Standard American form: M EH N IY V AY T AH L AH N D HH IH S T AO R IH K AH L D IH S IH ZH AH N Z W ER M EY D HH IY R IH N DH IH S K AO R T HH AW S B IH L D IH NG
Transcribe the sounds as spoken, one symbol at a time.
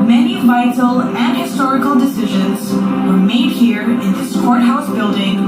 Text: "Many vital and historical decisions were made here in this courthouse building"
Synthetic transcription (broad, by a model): M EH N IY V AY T L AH N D HH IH S T AO R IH K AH L D IH S IH ZH AH N Z W ER M EY D HH IY R IH N DH IH S K AO R T HH AW S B IH L D IH NG